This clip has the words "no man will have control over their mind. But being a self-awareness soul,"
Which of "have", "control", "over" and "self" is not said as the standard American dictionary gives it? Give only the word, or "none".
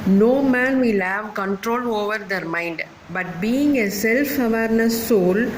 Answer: none